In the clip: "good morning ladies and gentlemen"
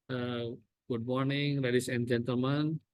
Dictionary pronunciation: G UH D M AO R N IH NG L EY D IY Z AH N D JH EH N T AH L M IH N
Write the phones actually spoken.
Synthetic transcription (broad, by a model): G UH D M AO R N IH NG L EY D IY S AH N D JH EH N T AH L M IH N